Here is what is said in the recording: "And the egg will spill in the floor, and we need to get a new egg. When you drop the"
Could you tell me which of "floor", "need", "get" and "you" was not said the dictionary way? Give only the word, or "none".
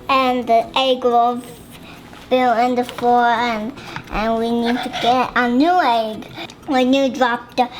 floor